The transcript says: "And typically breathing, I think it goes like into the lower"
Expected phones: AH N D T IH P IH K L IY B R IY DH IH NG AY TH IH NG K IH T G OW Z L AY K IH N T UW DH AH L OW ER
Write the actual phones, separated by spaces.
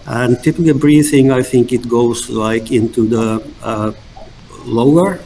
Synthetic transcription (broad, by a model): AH N T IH P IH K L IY B R IY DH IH NG AY TH IH NG K IH T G OW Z L AY K IH N T UW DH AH L OW ER